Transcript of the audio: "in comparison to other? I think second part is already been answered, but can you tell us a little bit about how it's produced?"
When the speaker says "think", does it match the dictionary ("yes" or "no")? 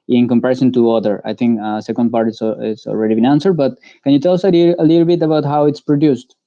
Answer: no